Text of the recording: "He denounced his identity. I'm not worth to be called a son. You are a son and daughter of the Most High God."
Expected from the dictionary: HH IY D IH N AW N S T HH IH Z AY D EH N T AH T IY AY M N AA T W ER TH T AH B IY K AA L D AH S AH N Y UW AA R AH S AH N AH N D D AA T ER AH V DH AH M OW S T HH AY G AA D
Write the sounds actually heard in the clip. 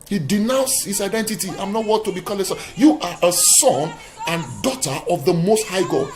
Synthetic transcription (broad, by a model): HH IY D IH N AW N S HH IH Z AY D EH N T AH T IY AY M N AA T W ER T AH B IY K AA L AH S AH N Y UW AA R AH S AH N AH N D D AA T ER AH V DH AH M OW S T HH AY G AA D